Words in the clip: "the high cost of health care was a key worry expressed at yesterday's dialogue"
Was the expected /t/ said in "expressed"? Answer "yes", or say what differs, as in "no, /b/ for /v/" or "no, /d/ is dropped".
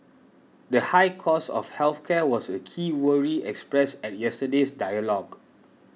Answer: no, /t/ is dropped